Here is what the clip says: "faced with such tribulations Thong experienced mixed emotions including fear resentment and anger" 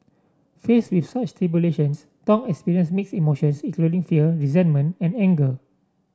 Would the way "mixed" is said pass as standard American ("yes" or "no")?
no